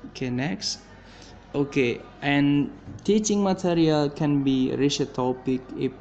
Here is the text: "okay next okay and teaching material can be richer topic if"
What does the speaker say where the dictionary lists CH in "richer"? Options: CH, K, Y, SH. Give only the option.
SH